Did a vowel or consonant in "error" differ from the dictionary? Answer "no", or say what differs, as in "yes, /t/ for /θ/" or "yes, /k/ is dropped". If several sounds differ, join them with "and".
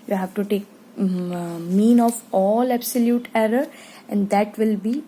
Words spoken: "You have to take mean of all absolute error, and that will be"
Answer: no